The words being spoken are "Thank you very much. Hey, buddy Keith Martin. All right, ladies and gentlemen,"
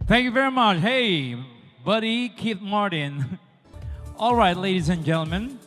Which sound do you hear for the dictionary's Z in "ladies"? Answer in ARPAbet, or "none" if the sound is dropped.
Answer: Z